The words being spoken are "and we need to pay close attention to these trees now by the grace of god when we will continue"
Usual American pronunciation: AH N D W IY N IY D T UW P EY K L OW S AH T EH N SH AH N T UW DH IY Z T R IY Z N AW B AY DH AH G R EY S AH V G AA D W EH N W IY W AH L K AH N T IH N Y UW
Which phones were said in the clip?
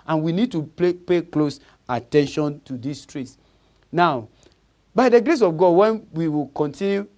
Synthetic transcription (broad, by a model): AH N W IY N IY D T UW P EY K L OW S AH T EH N SH AH N T UW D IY S T R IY S N AW B AY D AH G R EY S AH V G AA D W EH N W IY W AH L K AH N T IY N Y UW